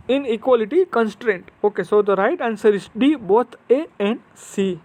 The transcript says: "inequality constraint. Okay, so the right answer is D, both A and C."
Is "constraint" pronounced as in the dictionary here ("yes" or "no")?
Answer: yes